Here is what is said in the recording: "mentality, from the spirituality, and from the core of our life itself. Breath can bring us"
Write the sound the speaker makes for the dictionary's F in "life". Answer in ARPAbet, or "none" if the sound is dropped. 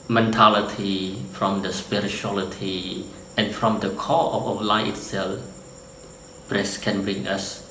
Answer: none